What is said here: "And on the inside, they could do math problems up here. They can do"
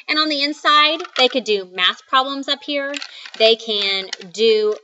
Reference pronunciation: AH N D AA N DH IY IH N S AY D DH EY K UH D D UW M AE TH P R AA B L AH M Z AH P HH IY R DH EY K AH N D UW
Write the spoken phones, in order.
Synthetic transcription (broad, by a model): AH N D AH N DH IY IH N S AY D DH EY K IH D D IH M AE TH P R AA B L AH M Z AH P HH IY R DH EY K AH N D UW